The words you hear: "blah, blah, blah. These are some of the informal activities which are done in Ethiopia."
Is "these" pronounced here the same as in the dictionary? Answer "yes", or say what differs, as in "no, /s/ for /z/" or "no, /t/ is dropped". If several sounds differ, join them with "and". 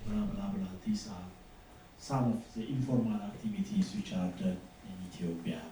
no, /s/ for /z/